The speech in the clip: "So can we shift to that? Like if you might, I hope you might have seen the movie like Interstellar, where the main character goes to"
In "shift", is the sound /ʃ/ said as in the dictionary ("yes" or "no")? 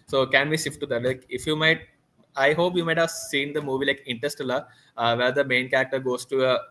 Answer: no